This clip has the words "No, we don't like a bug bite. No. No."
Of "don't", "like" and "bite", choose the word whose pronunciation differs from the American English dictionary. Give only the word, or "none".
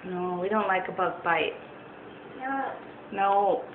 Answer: none